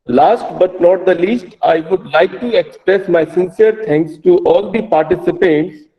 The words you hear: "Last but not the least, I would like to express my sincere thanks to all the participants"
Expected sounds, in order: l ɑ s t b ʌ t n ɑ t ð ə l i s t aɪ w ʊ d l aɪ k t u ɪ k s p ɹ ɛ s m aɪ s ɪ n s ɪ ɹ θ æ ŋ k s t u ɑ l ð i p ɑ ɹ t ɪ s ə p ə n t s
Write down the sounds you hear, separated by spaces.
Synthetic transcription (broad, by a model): l ɑ s t b ʌ t n ɑ t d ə l i s t aɪ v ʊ d l aɪ k t u ɪ k s p ɹ ɛ s m aɪ s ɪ n s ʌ ɹ t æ ŋ k s t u ɑ l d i p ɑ ɹ t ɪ s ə p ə n t s